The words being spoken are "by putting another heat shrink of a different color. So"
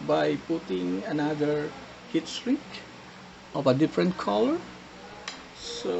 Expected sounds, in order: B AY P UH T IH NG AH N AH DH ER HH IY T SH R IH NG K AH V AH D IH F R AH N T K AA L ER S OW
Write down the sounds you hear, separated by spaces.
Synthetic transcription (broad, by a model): B AY P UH T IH NG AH N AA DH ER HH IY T S R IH NG K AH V AH D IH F R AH N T K AA L ER S OW